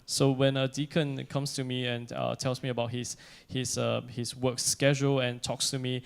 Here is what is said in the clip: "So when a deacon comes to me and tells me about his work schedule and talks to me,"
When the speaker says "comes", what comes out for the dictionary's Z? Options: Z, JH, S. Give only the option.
S